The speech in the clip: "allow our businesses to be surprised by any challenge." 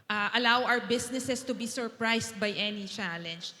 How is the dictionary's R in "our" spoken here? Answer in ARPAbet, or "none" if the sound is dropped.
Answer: W